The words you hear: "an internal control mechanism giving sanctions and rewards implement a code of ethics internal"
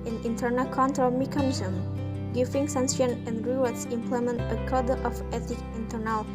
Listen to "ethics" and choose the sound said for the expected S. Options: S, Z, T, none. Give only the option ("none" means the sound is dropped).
none